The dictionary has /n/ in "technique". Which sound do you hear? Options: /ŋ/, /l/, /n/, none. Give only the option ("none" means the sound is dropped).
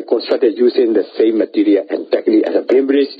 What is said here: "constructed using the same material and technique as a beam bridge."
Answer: /l/